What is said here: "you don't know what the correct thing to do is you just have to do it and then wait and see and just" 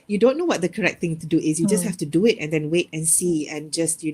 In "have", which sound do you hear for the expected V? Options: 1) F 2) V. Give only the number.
1